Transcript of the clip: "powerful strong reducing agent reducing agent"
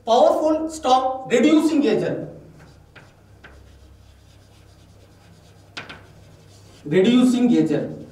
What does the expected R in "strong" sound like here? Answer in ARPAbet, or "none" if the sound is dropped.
none